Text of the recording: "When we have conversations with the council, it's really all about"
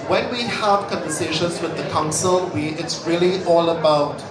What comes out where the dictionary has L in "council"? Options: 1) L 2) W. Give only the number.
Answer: 2